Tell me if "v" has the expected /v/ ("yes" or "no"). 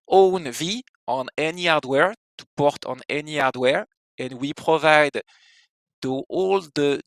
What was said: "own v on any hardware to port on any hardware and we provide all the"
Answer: yes